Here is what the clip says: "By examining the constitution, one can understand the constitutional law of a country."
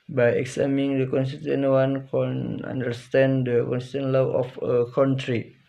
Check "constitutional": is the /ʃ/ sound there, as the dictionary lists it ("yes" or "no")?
no